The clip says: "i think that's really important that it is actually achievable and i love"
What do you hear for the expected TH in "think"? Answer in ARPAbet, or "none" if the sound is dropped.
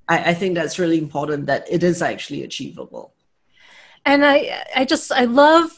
TH